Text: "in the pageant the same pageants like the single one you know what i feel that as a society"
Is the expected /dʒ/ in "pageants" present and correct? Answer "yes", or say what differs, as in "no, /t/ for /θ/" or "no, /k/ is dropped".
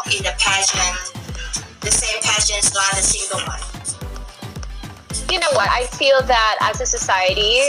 no, /ʃ/ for /dʒ/